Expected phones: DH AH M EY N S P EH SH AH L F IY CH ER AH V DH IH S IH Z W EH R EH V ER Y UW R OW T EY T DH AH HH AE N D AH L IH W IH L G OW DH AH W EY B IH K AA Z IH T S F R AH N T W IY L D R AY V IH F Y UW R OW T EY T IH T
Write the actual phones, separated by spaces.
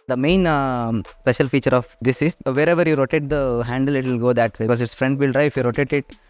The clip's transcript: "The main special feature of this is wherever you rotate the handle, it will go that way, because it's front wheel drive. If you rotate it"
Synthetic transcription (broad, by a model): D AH M EY N S P EH SH AH L F IY CH ER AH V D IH S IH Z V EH R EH V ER Y UW R OW T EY T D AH HH AE N D AH L IH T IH L G OW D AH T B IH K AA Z IH T S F R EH N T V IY L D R AY IH F Y UW R OW T EY T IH T